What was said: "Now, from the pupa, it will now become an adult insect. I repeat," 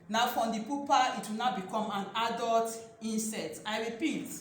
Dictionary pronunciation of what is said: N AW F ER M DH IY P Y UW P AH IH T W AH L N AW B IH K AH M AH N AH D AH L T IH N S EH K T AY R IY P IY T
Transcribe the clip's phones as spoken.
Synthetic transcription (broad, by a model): N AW F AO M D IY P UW P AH IH T W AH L N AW B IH K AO M AH N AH D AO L T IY N S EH T AY R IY P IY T